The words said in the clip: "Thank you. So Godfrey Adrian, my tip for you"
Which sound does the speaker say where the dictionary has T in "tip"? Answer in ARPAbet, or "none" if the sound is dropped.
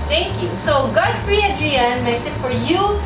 S